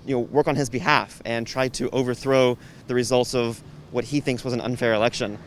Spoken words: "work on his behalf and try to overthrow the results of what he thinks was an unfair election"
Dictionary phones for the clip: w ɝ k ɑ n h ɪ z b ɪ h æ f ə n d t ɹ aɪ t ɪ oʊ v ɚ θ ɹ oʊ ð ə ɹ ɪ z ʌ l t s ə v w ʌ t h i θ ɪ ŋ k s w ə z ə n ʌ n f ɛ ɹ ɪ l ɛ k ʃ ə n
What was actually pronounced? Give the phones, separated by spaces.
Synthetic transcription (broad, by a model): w ɝ k n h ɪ z b ɪ h æ f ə n t ɹ aɪ t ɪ oʊ v ɚ θ ɹ oʊ ð ə ɹ ɪ z ʌ l t s ə v w ʌ t h i θ ɪ ŋ k s w ə z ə n ʌ n f ɛ ɹ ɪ l ɛ k ʃ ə n